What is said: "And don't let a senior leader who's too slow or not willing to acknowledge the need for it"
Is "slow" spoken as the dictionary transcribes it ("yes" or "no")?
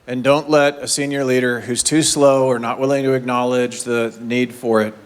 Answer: yes